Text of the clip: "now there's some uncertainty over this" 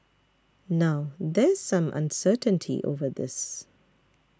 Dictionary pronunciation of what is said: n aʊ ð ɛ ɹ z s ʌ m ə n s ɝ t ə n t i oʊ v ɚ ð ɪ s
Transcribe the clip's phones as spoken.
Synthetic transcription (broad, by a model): n aʊ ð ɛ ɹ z s ʌ m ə n s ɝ t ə n t i oʊ v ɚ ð ɪ s